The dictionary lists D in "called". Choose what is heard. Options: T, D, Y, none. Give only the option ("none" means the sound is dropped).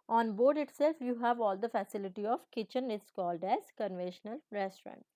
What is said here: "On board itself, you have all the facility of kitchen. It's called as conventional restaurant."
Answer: D